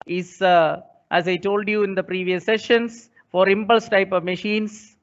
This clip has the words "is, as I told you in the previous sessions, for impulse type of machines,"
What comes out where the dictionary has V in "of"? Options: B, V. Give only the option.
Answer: V